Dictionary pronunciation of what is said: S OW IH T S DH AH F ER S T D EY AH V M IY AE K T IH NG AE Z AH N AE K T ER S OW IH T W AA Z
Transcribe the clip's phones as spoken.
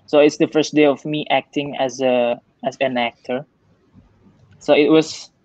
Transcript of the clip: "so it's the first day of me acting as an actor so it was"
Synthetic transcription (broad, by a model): S OW IH T S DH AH F ER S T D EY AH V M IY AE K T IH NG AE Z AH N AE K T ER S OW IH T W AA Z